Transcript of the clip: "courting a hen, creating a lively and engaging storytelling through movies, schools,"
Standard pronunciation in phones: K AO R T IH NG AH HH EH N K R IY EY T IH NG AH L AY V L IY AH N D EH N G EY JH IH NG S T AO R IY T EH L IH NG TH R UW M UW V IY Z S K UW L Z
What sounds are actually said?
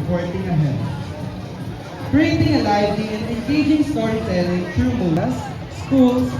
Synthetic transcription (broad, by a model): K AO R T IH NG AH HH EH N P R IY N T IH NG AH L AY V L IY AH N D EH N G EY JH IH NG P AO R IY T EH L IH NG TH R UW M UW IY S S K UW L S